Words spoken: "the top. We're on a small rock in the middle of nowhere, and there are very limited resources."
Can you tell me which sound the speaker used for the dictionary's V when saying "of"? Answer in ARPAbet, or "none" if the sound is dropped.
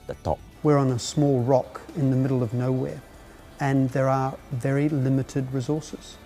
V